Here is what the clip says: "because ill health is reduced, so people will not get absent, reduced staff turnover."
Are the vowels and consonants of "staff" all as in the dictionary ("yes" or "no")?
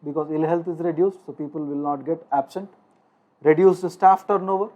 yes